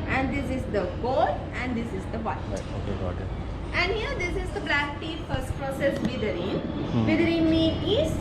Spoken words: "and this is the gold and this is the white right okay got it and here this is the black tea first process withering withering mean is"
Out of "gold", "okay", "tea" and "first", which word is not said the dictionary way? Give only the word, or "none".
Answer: gold